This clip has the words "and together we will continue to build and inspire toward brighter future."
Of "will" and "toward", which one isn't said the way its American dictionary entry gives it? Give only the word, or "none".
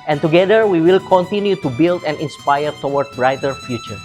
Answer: toward